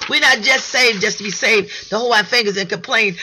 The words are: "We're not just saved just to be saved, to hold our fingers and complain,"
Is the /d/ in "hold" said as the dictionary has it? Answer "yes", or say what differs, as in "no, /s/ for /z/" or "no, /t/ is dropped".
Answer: no, /d/ is dropped